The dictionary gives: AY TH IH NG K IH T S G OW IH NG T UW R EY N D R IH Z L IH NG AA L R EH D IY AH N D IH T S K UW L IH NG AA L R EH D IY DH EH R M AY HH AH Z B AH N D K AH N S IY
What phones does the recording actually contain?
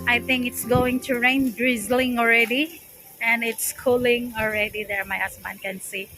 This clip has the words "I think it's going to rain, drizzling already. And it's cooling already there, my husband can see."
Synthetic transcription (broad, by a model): AY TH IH NG K IH T S G OW IH NG T UW R EY N D R IH Z L IH NG AA L R EH D IY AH N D IH T S K UW L IH NG AA L R EH D IY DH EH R M AY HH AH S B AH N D K AH N S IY